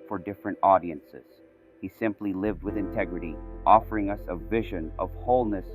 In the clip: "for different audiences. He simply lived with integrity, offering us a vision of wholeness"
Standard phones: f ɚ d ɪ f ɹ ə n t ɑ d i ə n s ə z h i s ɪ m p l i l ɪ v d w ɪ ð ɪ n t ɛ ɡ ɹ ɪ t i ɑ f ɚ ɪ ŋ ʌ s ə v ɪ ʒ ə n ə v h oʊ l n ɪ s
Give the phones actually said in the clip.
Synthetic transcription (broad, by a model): f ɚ d ɪ f ɹ ə n t ɑ d i ə n s ə z h i s ɪ m p l i l ɪ v d w ɪ ð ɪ n t ɛ ɡ ɹ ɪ t i ɑ f ɚ ɪ ŋ ʌ s ə v ɪ ʒ ə n ə v h oʊ l n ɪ s